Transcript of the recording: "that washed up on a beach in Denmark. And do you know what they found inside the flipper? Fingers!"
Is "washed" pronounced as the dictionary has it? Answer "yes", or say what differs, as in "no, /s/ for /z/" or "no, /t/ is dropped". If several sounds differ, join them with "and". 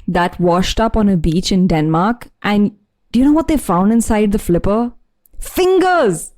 yes